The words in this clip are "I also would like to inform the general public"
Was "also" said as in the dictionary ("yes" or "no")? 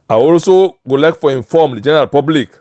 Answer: yes